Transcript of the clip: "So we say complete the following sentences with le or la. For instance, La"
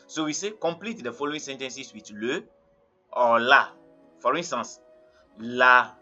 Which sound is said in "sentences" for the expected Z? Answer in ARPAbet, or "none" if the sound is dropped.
S